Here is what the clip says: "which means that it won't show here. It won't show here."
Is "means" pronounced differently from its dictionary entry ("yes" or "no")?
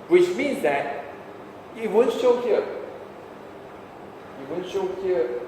no